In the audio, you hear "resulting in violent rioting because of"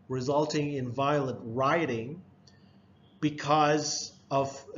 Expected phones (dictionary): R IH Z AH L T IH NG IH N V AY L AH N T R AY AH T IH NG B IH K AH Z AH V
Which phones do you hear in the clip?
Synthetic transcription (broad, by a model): R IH Z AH L T IH NG IH N V AY L AH N T R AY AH T IH NG B IH K AH Z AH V